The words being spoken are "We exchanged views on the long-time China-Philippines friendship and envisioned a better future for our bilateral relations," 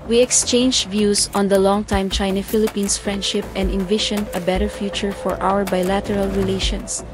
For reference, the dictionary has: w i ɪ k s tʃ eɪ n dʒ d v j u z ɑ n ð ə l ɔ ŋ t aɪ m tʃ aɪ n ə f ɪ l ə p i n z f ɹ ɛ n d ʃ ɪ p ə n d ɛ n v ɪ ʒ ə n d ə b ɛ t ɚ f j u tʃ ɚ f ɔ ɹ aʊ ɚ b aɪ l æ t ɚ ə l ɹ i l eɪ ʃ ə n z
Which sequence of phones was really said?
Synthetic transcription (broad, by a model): w i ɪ k s tʃ eɪ n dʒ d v j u s ɑ n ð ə l ɔ ŋ t aɪ m tʃ aɪ n ə f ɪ l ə p i n s f ɹ ɛ n d ʃ ɪ p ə n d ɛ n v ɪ ʃ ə n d ə b ɛ t ɚ f j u tʃ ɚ f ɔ ɹ aʊ ɚ b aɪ l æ t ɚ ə l ɹ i l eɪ ʃ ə n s